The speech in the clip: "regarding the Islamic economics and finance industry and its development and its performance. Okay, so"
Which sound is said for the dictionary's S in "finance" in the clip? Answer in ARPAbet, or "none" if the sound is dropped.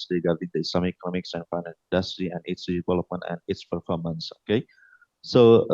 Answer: none